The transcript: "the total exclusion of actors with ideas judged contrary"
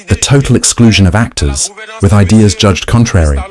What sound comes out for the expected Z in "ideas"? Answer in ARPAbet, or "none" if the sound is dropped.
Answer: Z